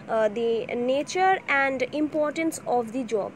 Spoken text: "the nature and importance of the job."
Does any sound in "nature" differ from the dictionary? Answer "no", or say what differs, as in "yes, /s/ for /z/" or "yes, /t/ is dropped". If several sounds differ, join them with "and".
no